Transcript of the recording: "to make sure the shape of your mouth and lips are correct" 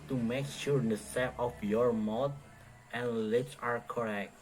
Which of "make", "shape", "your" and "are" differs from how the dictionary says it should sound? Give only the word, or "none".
shape